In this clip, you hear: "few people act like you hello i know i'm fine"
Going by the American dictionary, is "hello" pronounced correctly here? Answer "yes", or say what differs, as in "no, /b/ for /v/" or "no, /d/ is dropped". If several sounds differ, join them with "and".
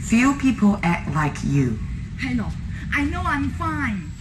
no, /n/ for /l/